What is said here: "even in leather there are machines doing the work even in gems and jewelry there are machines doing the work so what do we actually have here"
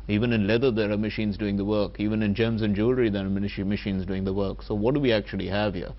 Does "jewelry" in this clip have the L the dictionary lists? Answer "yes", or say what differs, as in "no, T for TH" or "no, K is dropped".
yes